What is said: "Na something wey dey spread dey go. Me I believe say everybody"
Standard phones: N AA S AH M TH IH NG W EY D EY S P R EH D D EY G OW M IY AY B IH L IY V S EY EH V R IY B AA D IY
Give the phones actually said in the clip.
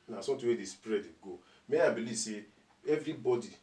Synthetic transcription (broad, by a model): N AA S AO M T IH W EY D EY S P R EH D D G OW M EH AY B IH L IY V S EY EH V R IY B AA D IY